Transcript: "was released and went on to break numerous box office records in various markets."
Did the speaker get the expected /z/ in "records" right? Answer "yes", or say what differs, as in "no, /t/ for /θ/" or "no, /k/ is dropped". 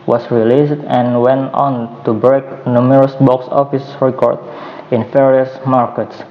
no, /z/ is dropped